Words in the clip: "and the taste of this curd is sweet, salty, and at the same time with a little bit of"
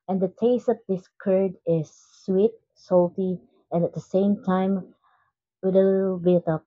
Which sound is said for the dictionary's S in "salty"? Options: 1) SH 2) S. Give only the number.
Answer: 2